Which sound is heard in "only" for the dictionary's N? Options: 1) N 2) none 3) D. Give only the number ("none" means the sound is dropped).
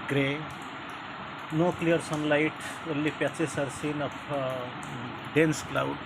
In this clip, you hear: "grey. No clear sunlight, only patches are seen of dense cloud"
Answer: 2